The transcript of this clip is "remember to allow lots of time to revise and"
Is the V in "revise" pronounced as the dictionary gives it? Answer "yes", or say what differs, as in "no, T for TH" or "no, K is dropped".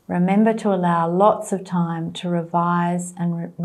yes